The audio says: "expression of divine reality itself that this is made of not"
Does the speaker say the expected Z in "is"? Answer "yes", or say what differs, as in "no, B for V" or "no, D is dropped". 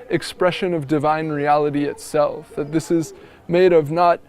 yes